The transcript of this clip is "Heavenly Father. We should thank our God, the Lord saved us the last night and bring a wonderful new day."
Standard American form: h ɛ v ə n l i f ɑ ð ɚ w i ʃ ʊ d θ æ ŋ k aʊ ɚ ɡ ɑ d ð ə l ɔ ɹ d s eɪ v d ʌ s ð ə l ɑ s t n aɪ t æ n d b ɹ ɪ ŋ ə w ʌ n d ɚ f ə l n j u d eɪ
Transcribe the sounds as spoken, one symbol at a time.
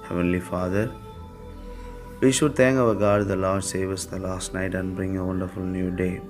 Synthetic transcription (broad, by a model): h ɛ v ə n l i f ɑ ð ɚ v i ʃ ʊ d t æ ŋ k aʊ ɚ ɡ ɑ d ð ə l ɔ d s eɪ v ʌ s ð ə l ɑ s t n aɪ t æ n d b ɹ ɪ ŋ ə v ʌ n d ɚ f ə l n j u d eɪ